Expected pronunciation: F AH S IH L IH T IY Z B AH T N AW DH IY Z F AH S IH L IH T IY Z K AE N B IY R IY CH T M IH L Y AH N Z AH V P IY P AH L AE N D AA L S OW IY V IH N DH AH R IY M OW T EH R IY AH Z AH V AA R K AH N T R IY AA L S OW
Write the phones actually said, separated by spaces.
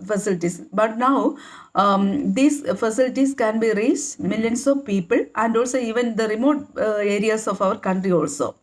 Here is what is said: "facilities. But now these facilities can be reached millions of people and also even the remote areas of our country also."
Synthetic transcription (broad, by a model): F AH S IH L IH T IY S B AH T N AW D IY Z F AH S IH L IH T IY S K AE N B IY R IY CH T M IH L Y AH N S AH V P IY P AH L AE N D AA L S OW IY V IH N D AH R IY M OW T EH R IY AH S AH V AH R K AH N T R IY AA L S OW